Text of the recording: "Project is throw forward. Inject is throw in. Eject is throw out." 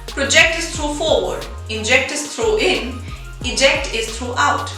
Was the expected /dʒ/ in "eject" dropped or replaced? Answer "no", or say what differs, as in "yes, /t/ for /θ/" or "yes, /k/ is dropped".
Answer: no